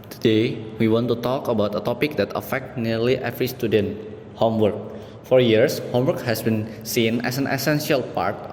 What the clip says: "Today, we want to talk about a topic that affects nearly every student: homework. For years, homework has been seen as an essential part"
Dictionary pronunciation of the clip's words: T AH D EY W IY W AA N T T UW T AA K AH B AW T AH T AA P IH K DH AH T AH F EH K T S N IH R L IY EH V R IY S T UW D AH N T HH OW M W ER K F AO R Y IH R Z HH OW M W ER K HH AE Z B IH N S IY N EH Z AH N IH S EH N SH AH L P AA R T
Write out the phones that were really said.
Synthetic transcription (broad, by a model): T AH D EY W IY W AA N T T UW T AA K AH B AW T AH T AA P IH K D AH T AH F EH K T N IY R L IY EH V R IY S T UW D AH N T HH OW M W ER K F AO R Y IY R S HH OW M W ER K HH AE S B IH N S IY N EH S AH N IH S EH N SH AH L P AA R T